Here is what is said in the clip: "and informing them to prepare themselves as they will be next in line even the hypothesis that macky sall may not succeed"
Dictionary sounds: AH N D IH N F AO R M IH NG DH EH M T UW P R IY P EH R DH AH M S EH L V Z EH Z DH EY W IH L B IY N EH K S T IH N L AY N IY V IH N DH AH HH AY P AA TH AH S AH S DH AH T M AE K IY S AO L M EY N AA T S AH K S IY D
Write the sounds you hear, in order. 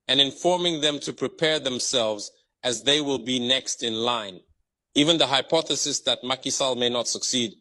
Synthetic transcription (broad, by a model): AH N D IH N F AO R M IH NG DH EH M T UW P R IY P EH R DH AH M S EH L V Z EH Z DH EY W IH L B IY N EH K S T IH N L AY N IY V IH N DH AH HH AY P AA TH AH S AH S DH AH T M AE K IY S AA L M EY N AA T S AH K S IY D